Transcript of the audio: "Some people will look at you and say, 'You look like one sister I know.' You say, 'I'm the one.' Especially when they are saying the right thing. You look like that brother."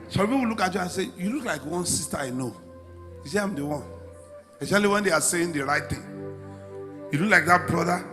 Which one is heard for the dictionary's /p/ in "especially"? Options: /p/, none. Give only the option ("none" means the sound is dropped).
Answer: none